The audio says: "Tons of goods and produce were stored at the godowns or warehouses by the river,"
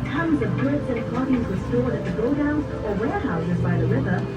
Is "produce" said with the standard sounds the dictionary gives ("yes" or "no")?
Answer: no